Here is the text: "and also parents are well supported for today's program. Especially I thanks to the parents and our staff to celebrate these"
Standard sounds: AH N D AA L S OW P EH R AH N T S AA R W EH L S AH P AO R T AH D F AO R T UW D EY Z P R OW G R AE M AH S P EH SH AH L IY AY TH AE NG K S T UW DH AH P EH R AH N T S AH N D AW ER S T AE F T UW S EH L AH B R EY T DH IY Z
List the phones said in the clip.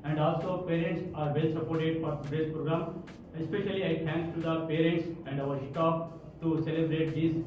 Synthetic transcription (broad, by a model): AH N D AA L S OW P EH R AH N T S AA R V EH L S AH P AO R T AH D F AO R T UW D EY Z P R OW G R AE M AH S P EH SH AH L IY AY T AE NG K T UW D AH P EH R AH N T S AH N D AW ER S T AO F T UW S EH L AH B R EY T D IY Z